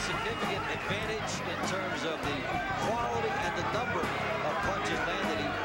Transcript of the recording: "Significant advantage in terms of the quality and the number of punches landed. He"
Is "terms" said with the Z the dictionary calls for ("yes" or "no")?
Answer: yes